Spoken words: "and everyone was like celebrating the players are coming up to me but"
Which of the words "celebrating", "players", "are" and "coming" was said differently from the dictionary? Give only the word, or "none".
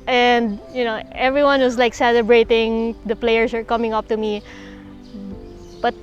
players